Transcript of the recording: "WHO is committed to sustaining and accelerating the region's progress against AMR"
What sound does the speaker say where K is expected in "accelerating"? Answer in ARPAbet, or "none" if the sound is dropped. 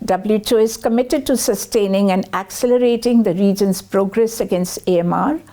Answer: K